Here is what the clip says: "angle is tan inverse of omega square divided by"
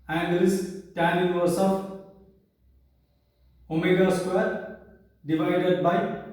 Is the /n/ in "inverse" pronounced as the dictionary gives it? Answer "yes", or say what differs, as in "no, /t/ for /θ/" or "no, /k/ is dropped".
no, /n/ is dropped